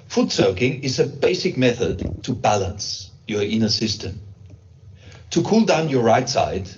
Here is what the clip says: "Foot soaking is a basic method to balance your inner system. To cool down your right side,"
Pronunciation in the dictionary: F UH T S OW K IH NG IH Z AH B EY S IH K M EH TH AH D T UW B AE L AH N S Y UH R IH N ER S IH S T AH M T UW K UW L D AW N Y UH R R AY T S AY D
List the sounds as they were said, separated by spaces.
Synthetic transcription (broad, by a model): F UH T S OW K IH NG IH Z AH B EY S IH K M EH TH AH D T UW B AE L AH N S Y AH R IH N ER S IH S T AH M T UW K UW L D AW N Y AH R R AY T S AY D